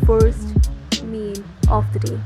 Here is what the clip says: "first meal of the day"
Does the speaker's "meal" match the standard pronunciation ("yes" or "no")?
no